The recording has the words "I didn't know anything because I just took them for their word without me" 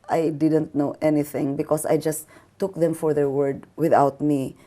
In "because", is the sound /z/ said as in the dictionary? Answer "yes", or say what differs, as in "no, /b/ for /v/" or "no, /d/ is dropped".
no, /s/ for /z/